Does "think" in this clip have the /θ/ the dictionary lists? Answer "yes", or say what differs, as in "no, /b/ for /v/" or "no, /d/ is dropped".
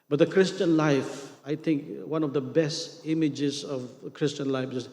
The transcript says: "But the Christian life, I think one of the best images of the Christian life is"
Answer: no, /t/ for /θ/